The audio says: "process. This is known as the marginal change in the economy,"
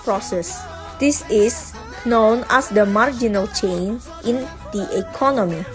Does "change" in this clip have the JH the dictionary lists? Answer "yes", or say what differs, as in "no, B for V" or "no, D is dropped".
no, JH is dropped